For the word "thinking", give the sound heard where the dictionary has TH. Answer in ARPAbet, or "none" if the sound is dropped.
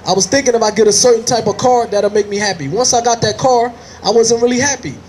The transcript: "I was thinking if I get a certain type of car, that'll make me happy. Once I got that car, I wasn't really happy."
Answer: TH